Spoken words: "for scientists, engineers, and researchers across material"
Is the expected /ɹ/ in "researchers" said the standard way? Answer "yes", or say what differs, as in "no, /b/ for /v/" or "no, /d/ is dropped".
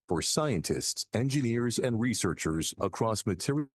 yes